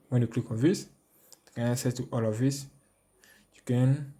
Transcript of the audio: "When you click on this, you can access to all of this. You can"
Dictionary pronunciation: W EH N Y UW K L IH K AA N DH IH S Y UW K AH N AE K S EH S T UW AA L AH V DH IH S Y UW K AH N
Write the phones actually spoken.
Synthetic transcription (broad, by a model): W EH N Y UW K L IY K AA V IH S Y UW K AH N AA S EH T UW AA L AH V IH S Y UW K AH N